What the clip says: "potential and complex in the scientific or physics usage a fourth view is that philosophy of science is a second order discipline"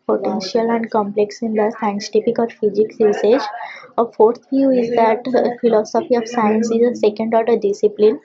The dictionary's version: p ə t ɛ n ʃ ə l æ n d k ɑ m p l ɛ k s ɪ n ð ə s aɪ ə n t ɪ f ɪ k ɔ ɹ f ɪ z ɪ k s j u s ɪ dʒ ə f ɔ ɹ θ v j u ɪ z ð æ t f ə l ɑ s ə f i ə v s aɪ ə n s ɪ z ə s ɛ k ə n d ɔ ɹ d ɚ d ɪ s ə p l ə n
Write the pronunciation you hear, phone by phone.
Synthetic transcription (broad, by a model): p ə t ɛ n ʃ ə l æ n d k ɑ m p l ɛ k s ɪ n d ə s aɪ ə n t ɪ p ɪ k ɔ ɹ f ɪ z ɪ k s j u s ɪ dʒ ə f ɔ ɹ t v j u ɪ z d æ t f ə l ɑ s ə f i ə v s aɪ ə n s ɪ z ə s ɛ k ə n d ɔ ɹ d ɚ d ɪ s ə p l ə n